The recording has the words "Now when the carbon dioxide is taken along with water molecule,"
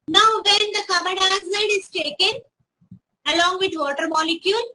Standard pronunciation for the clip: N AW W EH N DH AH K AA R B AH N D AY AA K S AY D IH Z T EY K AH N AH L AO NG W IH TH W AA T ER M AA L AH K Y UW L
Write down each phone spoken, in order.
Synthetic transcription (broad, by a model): N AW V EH N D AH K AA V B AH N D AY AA S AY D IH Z T EY K AH N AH L AO NG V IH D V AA T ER M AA L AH K Y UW L